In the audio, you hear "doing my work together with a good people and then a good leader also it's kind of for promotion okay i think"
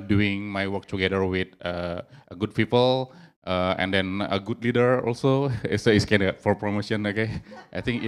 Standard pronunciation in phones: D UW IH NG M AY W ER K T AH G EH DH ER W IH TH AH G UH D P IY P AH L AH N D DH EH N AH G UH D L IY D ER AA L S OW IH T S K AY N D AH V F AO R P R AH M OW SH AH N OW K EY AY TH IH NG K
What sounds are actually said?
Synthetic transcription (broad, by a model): D UW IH NG M AY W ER K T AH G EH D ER W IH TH AH G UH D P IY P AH L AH N D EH N AH G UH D L IY D ER AA L S OW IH S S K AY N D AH F AO R P R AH M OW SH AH N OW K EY AY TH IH NG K